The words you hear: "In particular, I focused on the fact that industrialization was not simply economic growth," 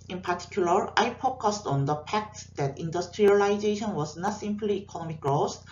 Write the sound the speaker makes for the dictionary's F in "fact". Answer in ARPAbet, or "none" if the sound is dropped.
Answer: P